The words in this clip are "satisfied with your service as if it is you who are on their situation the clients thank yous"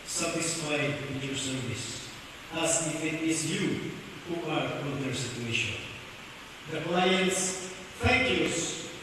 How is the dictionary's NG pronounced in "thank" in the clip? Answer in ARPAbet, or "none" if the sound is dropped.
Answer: none